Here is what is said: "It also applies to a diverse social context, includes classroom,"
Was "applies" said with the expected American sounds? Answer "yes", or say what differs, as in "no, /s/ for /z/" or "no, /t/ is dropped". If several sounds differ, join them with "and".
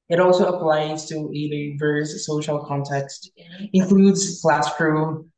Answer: yes